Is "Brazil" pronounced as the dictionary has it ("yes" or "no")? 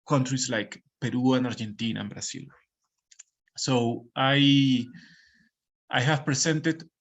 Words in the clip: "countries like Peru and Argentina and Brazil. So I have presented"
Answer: no